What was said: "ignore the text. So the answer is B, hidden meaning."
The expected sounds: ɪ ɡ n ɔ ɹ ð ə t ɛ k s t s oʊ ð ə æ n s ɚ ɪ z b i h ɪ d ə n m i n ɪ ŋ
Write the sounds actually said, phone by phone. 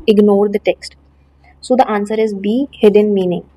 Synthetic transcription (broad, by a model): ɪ ɡ n ɔ ɹ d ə t ɛ k s t s oʊ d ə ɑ n s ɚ ɪ z b i h ɪ d ə n m i n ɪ ŋ